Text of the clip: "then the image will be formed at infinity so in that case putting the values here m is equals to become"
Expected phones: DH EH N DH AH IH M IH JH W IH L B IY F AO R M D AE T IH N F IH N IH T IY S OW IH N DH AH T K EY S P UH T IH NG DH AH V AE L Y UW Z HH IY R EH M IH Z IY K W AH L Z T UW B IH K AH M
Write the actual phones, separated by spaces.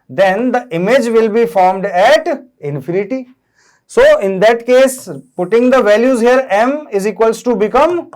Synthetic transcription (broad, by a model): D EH N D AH IH M IH JH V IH L B IY F AO R M D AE T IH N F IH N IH T IY S OW IH N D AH T K EY S P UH T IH NG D AH V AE L Y UW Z HH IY R EH M IH Z IY K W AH L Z T UW B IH K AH M